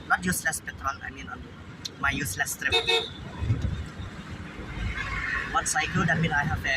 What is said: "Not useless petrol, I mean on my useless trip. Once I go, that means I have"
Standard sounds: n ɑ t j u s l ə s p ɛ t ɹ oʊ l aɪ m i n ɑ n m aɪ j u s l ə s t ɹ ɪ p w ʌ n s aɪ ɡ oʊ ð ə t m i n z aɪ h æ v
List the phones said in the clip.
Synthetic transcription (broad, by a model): n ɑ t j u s l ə s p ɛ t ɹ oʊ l aɪ m i n ɑ n m aɪ j u s l ə s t ɹ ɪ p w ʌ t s aɪ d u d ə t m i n aɪ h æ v